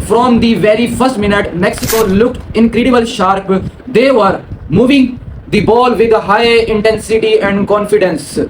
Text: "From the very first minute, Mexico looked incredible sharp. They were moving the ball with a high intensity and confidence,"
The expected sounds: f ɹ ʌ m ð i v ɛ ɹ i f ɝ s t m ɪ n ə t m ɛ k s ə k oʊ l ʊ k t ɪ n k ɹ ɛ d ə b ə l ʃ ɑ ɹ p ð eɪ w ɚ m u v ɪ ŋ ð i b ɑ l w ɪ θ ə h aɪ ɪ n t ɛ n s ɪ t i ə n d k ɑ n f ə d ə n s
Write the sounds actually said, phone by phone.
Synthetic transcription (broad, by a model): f ɹ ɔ m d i v ɛ ɹ i f ɝ s t m ɪ n ə t m ɛ k s ə k oʊ l ʊ k t ɪ n k ɹ ɛ d ə b ə l ʃ ɑ ɹ p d eɪ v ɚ m u v ɪ ŋ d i b ɑ l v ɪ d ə h aɪ ɪ n t ɛ n s ɪ t i ə n d k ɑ n f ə d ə n s